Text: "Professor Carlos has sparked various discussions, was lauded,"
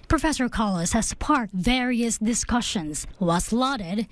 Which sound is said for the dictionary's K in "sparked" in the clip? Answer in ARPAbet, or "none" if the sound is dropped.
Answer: none